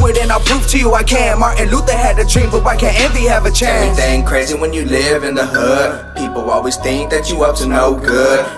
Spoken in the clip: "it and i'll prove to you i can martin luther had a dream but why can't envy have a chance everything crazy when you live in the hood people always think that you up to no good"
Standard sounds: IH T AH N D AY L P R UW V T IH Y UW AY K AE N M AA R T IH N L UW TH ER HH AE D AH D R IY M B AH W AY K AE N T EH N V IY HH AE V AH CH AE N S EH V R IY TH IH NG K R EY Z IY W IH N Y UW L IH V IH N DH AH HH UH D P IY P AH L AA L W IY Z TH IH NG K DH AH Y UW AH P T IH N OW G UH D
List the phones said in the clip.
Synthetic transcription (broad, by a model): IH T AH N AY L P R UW F T IH Y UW AY K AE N M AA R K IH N L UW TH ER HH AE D AH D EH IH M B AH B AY K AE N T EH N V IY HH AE V AH CH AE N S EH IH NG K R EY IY W IH N Y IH L IH V IH N DH AH HH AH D P IY P L AA L W IY Z TH IH NG K DH AH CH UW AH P T IH N OW G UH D